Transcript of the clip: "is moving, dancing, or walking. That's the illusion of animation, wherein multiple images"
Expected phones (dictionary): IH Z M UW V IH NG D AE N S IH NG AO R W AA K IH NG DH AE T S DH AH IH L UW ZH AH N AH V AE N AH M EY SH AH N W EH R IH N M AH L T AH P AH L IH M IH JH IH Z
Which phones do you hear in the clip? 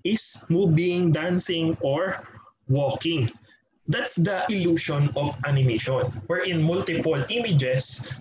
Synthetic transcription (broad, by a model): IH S M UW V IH NG D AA N S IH NG AO R W AA K IH NG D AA T S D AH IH L UW SH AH N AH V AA N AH M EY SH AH N W EH R IH N M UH L T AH P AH L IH M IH JH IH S